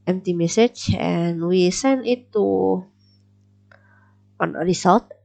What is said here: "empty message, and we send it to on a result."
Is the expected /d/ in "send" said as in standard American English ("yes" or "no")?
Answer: no